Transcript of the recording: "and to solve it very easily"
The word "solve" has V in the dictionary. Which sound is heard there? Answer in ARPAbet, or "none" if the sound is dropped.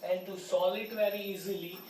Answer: none